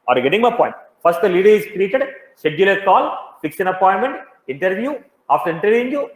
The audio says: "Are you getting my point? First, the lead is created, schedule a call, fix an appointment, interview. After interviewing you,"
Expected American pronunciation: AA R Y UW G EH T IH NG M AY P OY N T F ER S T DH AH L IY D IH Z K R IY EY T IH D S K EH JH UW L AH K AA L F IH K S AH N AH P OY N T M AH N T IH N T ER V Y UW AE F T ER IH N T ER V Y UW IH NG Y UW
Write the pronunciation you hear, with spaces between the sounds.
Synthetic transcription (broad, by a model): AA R G EH T IH NG M AY P OY N T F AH S T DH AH L IY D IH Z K R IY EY T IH D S EH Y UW L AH K AA L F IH K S AH N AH P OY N M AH N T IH N T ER V Y UW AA F T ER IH N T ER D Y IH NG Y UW